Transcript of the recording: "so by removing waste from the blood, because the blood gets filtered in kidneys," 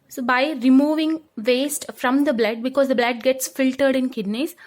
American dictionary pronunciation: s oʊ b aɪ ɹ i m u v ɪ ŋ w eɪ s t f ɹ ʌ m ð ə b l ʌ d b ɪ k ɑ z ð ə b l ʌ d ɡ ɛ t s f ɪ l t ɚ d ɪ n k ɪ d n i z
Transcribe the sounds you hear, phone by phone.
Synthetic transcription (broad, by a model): s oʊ b aɪ ɹ i m u v ɪ ŋ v eɪ s t f ɹ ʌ m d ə b l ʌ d b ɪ k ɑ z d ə b l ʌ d ɡ ɛ t s f ɪ l t ɚ d ɪ n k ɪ d n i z